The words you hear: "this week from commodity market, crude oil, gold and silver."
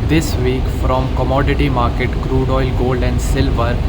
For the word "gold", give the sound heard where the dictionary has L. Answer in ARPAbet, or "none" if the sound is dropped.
L